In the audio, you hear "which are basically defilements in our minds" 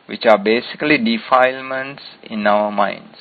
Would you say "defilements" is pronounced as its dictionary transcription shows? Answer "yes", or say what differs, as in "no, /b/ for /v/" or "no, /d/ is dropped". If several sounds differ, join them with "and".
yes